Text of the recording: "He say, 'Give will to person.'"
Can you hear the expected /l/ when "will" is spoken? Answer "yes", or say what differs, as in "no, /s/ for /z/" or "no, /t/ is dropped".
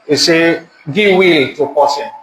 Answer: yes